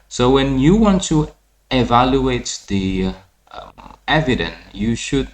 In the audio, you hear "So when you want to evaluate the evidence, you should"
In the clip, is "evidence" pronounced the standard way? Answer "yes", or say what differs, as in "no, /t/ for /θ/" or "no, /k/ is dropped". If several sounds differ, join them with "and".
no, /s/ is dropped